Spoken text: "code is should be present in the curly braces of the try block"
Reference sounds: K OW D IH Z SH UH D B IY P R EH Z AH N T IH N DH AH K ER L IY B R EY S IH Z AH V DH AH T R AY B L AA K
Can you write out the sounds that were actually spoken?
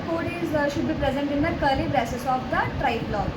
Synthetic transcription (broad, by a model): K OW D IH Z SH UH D B IY P R EH Z AH N T IH N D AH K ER L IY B R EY S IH S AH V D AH T R AY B L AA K